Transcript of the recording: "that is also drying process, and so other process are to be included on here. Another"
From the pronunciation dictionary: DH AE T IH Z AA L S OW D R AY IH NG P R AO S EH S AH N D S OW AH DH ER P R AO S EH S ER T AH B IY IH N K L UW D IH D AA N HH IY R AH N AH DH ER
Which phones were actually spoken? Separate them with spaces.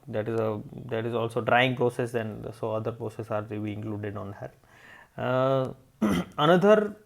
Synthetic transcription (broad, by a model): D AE T IH Z AA L S OW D R AY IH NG P R AO S EH S AH N D S OW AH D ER P R AO S EH S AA T AH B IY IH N K L UW D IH D AA N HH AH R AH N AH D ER